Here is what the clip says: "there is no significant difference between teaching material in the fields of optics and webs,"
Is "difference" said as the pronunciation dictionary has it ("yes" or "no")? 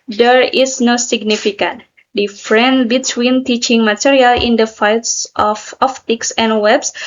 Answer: no